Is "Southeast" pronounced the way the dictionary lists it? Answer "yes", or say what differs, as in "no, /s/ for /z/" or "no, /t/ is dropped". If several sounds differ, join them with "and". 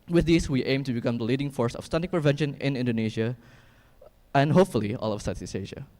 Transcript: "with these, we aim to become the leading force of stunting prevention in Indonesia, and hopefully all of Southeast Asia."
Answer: no, /s/ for /θ/ and /t/ is dropped